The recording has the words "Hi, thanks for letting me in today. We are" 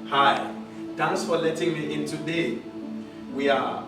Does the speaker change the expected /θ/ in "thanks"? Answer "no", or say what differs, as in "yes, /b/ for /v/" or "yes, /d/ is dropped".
yes, /t/ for /θ/